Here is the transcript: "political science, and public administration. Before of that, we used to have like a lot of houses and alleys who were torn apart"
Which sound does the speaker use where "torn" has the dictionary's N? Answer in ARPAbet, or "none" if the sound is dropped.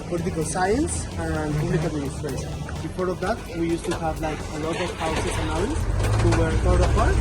none